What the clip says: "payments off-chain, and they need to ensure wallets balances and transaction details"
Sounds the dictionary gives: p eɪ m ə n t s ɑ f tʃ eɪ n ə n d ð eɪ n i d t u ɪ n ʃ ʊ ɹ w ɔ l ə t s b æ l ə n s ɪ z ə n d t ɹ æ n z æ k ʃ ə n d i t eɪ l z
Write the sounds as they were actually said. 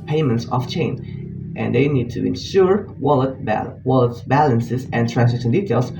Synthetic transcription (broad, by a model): p eɪ m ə n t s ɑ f tʃ eɪ n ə n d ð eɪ n i d t u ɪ n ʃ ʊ ɹ w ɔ l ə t b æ l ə n s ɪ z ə n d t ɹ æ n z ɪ ʃ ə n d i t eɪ l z